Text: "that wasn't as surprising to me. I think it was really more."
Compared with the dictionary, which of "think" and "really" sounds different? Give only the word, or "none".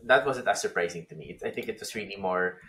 none